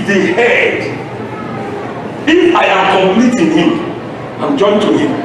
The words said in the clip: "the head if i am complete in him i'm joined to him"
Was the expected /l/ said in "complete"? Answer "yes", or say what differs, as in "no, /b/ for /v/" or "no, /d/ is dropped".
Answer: yes